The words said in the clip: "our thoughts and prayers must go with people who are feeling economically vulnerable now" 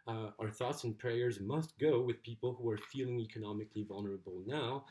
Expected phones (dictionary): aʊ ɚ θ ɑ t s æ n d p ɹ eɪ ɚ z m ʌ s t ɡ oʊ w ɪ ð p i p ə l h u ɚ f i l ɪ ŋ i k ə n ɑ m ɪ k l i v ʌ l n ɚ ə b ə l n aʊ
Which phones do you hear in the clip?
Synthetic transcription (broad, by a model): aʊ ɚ θ ɑ t s n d p ɹ eɪ ɚ z m ʌ s t ɡ oʊ w ɪ ð p i p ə l h u ɚ f i l ɪ ŋ i k ə n ɑ m ɪ k l i v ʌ l n ɚ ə b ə l n aʊ